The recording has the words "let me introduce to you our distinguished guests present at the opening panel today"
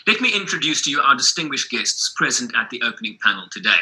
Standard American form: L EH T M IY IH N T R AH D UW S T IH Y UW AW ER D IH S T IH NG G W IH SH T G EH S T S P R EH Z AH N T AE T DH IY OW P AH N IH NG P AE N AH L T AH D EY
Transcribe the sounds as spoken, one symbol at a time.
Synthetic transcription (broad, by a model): L EH T M IY IH N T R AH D UW S T IH Y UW AW ER D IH S T IH NG G W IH SH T G EH S T S P R EH Z AH N T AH T DH IY OW P AH N IH NG P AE N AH L T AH D EY